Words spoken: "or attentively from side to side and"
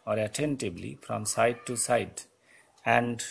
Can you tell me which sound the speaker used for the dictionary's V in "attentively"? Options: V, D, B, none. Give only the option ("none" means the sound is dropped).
B